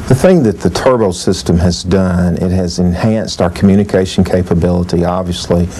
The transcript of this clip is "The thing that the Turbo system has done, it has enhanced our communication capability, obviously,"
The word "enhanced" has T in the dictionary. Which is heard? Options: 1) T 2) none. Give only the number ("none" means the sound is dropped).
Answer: 1